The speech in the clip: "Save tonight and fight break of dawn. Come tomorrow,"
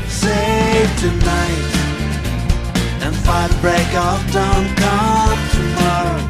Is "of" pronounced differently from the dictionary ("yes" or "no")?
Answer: yes